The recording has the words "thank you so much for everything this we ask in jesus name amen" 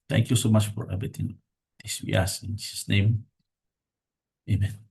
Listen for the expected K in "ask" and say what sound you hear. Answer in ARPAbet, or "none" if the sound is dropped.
none